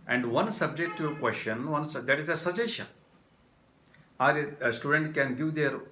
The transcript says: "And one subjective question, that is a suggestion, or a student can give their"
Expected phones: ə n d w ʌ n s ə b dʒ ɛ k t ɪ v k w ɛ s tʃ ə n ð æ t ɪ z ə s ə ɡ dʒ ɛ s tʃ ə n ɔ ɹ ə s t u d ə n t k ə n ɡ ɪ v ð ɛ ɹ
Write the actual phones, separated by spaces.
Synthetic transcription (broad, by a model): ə n d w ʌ n s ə b dʒ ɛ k t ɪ k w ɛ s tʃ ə n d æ t ɪ z ə s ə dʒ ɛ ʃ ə ɑ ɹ s t u d ə n t k ə n ɡ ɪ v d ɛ ɹ